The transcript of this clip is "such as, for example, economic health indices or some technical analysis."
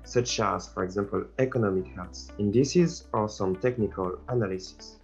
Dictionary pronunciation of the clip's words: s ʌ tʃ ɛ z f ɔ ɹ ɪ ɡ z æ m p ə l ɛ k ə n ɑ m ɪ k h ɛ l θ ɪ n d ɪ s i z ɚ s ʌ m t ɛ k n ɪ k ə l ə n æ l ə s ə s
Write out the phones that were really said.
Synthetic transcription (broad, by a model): s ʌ tʃ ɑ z f ɔ ɹ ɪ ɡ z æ m p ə l ɛ k ə n ɑ m ɪ k h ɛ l s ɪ n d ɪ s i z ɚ s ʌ m t ɛ k n ɪ k ə l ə n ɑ l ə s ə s